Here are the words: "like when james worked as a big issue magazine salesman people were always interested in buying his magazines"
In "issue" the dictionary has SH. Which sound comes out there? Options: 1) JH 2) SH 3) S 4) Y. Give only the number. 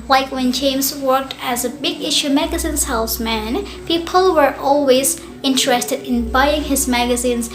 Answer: 2